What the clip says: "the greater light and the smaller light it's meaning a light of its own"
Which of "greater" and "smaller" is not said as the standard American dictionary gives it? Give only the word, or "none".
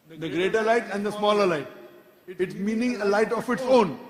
none